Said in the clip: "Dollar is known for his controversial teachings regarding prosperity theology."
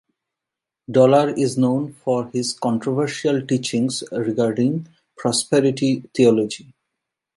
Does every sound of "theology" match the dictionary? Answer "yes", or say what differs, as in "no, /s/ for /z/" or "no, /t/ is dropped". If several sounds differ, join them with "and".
no, /t/ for /θ/